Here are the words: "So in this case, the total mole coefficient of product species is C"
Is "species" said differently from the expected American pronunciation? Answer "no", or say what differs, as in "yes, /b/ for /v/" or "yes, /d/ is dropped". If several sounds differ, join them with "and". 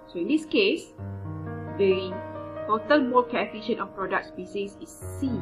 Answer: yes, /s/ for /ʃ/